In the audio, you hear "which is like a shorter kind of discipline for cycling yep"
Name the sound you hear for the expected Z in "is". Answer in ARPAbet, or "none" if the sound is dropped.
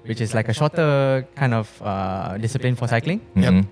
S